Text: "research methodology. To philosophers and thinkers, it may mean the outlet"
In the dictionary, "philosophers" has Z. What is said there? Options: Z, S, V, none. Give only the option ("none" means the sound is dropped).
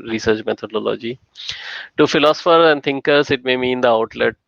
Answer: none